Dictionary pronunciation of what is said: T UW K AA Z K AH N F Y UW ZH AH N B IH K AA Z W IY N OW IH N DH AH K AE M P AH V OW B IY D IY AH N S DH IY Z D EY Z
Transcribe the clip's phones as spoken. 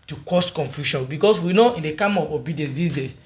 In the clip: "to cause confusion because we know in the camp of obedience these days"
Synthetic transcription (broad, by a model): T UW K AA S K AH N F Y UW SH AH N B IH K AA S W IY N OW IH N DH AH K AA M AH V OW B IY D IY AH N S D IY S D EY